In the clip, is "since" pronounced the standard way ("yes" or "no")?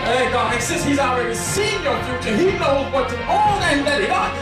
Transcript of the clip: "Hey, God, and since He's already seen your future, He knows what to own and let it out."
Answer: no